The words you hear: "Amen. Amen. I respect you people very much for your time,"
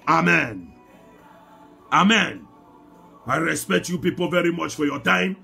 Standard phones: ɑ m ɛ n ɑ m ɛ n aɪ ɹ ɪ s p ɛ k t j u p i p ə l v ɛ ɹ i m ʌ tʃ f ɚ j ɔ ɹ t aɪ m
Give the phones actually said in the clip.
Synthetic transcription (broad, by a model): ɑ m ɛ n ɑ m ɛ n aɪ ɹ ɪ s p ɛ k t j u p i p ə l v ɛ ɹ i m ʌ tʃ f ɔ j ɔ t aɪ m